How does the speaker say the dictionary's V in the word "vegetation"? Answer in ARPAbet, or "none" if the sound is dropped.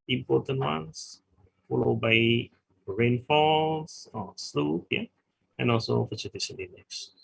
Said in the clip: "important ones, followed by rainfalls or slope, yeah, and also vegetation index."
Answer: F